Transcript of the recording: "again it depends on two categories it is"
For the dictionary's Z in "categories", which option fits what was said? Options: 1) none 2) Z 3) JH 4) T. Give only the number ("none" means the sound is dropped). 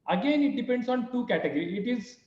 1